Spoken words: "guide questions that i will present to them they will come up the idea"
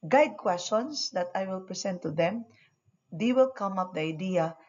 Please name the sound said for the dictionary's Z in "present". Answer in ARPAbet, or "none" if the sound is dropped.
S